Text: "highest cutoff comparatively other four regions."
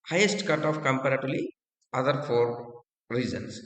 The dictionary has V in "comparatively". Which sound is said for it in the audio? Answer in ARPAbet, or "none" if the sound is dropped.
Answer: none